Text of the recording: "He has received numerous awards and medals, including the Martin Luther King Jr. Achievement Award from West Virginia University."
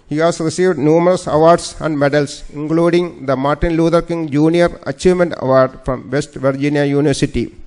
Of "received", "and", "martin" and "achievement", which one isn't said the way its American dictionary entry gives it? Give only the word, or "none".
none